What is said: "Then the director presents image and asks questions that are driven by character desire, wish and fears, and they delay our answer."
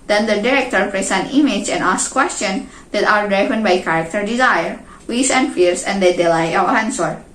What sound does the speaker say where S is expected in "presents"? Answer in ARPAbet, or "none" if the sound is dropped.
none